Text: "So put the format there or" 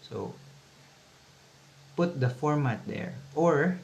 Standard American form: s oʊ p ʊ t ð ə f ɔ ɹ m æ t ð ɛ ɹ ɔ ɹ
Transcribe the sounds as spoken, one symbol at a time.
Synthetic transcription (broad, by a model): s oʊ p ʊ t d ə f ɔ ɹ m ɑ t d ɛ ɹ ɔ ɹ